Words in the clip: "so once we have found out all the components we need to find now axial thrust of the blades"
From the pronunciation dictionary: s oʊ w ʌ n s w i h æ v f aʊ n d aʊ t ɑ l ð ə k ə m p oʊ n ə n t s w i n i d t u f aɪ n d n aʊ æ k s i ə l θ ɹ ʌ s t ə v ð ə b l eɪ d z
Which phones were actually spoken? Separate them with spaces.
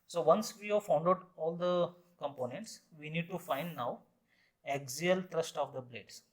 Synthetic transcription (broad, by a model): s oʊ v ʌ n s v i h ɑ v f aʊ n d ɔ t ɑ l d ə k ə m p oʊ n ə n t s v i n i d t u f aɪ n d n aʊ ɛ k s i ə l t ɹ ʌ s t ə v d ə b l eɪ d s